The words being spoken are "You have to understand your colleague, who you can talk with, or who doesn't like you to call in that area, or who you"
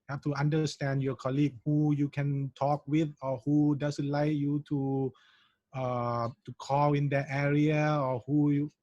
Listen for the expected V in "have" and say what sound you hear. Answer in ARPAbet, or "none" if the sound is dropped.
F